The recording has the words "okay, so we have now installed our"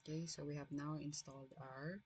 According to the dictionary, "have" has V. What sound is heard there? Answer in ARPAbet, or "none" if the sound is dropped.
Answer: V